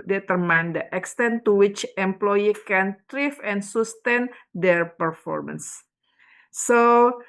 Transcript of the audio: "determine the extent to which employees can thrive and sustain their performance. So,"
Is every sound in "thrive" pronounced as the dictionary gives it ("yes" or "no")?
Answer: no